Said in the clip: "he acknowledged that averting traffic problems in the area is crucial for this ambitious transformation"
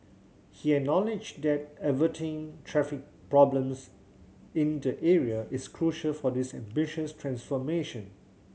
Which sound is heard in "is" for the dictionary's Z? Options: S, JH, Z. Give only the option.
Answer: S